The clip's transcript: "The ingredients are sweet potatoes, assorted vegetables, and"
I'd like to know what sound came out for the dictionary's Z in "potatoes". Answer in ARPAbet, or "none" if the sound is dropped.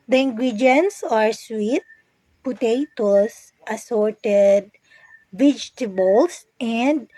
S